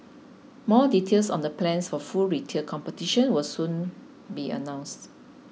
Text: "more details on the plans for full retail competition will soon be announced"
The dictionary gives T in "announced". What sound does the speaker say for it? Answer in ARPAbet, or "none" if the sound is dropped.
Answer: T